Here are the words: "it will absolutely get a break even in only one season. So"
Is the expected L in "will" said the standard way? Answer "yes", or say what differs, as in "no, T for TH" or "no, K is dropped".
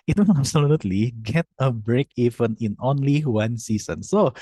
no, N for L